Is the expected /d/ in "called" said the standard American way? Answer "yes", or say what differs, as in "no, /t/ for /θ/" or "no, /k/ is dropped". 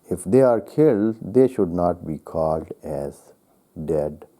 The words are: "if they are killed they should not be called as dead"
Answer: yes